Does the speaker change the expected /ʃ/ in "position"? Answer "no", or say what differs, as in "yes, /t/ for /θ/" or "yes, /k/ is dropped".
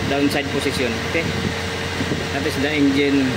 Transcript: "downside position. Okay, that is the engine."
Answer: yes, /s/ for /ʃ/